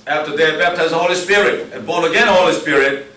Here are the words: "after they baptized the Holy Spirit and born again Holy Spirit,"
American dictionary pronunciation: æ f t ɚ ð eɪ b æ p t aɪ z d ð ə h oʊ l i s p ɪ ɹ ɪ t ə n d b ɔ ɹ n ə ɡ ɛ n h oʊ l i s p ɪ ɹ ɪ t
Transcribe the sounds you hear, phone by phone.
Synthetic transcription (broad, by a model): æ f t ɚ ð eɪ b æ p t aɪ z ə h oʊ l i s p ɪ ɹ ɪ t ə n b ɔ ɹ ə ɡ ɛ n h oʊ l i s p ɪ ɹ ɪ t